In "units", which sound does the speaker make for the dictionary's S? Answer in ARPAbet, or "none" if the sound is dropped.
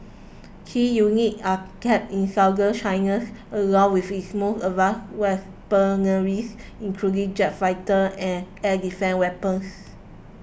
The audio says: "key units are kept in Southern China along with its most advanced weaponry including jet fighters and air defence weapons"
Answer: none